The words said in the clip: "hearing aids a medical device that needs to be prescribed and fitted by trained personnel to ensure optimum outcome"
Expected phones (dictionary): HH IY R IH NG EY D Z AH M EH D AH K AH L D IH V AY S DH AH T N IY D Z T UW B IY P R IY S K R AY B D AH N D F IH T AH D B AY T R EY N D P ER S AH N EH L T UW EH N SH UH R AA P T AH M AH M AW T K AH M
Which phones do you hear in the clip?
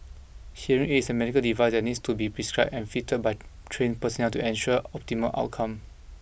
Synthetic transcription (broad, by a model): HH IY R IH NG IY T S AH M EH D AH K AH L D IH V AY S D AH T N IY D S T UW B IY P R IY S K R AY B AH N F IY T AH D B AY T R EY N P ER S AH N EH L T UW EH N SH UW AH AA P T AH M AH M AW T K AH M